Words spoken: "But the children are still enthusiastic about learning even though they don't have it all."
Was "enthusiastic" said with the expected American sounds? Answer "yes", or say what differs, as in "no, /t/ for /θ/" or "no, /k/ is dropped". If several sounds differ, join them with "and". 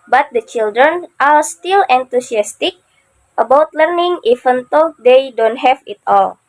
no, /t/ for /θ/ and /s/ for /z/